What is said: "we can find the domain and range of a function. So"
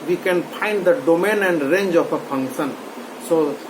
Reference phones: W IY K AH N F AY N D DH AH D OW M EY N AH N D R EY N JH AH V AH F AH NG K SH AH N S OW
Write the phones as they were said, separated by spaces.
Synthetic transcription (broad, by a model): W IY K AH N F AY N D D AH D OW M EY N AH N D R EY N JH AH P AH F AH NG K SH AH N S OW